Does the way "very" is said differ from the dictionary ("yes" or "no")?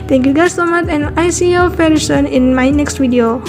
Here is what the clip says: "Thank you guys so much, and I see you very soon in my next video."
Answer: yes